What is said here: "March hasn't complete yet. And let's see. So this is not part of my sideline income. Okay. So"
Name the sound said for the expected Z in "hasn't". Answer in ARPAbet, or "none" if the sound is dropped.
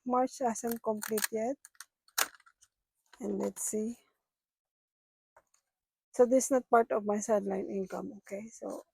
S